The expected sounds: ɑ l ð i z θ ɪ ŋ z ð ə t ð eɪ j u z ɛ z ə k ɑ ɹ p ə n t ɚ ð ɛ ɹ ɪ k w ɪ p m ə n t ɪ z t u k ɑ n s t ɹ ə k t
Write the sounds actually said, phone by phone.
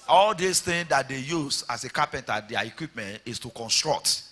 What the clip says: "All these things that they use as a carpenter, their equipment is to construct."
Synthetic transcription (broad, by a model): ɑ l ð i s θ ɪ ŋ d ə t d eɪ j u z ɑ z ə k ɑ p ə n t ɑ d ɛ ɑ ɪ k w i p m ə n t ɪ s t u k ɑ n s t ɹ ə k t